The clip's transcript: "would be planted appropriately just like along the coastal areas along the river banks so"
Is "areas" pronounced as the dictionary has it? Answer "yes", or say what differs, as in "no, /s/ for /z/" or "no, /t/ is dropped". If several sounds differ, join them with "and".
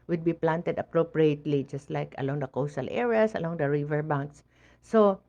no, /s/ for /z/